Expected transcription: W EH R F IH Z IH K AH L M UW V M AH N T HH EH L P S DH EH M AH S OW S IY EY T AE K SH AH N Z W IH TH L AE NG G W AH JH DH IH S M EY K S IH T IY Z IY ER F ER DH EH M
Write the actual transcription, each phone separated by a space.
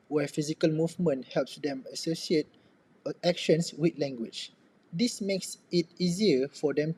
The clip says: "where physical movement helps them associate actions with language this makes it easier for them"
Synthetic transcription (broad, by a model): W EH F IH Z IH K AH L M UW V M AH N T HH EH L P S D EH M AH S OW S IY EY T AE K SH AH N S W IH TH L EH NG G W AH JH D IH S M EY K S IH T IY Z IY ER F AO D EH M